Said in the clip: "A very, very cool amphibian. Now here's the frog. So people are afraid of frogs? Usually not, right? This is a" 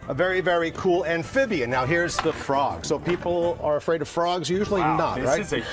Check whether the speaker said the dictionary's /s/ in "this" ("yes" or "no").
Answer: no